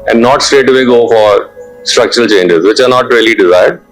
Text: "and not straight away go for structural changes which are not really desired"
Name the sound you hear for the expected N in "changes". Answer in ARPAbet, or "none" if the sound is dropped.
N